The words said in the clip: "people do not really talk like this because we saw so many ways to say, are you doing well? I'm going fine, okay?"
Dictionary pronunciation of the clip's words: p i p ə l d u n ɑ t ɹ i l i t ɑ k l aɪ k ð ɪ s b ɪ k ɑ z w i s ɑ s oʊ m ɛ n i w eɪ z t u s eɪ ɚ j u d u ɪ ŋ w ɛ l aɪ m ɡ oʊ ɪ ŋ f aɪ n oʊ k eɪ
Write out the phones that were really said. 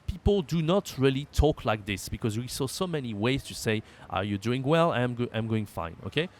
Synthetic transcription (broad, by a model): p i p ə l d u n ɑ t ɹ i l i t ɑ k l aɪ k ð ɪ s b ɪ k ɑ z w i s ɑ s oʊ m ɛ n i w eɪ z t u s eɪ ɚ j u d u ɪ ŋ w ɛ l aɪ m ɡ oʊ ɪ ŋ f aɪ n oʊ k eɪ